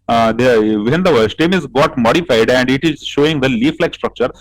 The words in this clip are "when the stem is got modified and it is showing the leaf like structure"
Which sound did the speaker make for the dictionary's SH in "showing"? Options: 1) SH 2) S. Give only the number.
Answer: 1